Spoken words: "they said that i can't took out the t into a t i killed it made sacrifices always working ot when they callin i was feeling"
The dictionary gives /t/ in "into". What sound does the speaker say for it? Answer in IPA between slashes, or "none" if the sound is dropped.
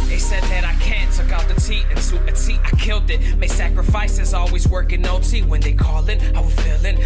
/s/